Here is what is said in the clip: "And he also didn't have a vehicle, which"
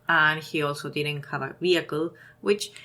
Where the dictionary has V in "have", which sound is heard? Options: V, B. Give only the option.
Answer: B